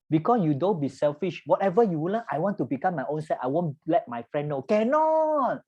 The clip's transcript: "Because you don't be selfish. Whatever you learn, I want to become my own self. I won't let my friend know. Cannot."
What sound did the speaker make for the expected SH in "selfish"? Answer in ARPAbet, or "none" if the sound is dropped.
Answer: SH